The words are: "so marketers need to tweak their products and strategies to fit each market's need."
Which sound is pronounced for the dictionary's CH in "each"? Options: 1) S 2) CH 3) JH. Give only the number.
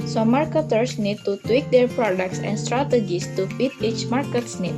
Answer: 2